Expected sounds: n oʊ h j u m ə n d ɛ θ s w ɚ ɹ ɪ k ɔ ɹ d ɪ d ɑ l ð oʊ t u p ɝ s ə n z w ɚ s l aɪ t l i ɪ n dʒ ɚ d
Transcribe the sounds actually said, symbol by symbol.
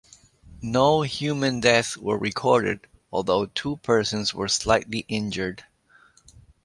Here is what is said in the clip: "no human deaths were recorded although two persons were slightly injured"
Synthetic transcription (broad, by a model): n oʊ h j u m ə n d ɛ θ w ɚ ɹ ɪ k ɔ ɹ d ɪ d ɑ l ð oʊ t u p ɝ s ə n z w ɚ s l aɪ t l i ɪ n dʒ ɚ d